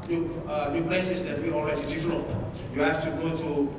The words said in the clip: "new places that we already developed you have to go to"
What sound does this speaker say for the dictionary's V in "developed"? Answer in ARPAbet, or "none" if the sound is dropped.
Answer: F